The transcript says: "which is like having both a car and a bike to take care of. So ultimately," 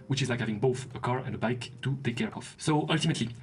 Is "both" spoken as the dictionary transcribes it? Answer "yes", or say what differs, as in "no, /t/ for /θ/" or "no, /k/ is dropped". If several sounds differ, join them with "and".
yes